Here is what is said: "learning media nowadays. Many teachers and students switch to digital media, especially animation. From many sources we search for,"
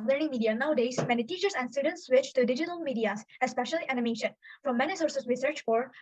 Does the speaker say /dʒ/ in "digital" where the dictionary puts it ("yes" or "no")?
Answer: yes